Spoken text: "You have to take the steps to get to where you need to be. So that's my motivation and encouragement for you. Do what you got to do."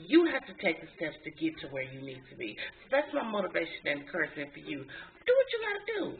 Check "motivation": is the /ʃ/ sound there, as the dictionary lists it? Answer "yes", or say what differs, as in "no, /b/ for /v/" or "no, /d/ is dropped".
no, /ʃ/ is dropped